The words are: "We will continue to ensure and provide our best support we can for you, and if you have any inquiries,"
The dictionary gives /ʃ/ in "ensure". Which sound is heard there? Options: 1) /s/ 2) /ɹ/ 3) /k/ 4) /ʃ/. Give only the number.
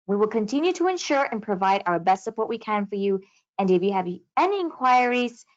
4